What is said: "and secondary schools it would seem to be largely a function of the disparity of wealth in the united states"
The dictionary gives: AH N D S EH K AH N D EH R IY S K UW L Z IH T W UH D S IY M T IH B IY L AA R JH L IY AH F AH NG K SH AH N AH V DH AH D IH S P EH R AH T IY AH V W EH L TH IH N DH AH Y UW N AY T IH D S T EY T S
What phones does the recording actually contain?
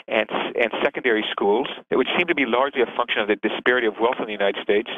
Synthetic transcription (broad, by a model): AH N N S EH K AH N D EH R IY S K UW L Z IH T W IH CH S IY M T IH B IY L AA R JH L IY AH F AH NG K SH AH N AH V DH AH D IH S P EH R AH T IY AH V W EH L TH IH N DH AH Y UW N AY T IH D S T EY T S